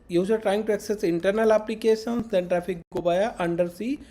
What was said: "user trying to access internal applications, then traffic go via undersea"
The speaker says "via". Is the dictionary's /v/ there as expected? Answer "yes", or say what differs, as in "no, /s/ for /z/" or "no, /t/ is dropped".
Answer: no, /b/ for /v/